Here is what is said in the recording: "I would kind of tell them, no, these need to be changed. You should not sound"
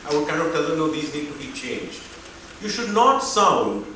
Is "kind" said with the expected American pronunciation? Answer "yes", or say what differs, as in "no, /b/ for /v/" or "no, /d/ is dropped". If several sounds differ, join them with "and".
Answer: no, /d/ is dropped